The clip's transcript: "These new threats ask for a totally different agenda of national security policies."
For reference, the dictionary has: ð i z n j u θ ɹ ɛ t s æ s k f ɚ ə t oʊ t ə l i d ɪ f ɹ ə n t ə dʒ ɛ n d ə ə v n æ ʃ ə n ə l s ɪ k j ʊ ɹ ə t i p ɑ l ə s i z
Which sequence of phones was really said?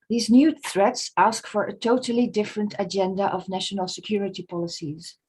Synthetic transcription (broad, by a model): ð i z n j u θ ɹ ɛ t s æ s k f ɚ ə t oʊ t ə l i d ɪ f ɹ ə n t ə dʒ ɛ n d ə ə v n æ ʃ ə n ə l s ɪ k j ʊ ɹ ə t i p ɑ l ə s i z